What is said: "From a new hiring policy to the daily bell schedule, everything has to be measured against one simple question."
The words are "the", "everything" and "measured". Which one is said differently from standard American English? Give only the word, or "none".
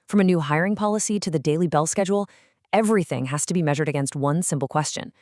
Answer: none